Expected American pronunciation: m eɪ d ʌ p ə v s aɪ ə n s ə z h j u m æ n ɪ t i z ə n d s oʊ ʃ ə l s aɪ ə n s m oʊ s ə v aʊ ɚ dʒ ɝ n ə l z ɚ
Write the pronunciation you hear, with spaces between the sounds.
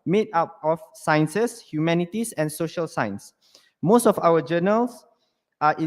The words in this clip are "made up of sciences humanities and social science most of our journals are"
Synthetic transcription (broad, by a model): m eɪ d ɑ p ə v s aɪ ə n s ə s h j u m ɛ n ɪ t i s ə n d s oʊ ʃ ə l s aɪ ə n s m oʊ s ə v aʊ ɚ dʒ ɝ n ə l s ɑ